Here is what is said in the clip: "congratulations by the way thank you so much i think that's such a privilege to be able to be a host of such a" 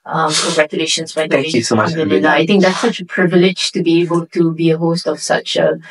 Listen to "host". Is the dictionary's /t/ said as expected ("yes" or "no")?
yes